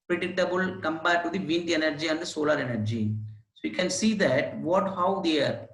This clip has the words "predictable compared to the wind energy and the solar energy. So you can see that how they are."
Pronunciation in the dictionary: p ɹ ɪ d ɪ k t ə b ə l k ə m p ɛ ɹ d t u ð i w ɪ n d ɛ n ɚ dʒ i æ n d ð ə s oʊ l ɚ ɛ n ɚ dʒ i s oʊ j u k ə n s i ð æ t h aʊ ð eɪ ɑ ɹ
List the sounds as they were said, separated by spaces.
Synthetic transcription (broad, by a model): p ɹ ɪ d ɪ k t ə b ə l k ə m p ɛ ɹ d t u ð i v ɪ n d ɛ n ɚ dʒ i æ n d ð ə s oʊ l ɚ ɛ n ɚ dʒ i s oʊ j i k ə n s i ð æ t h aʊ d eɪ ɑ ɹ